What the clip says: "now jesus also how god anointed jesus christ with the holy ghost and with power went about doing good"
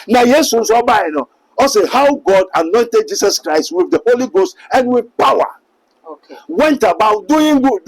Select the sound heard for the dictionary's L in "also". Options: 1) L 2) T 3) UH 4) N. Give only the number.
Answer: 4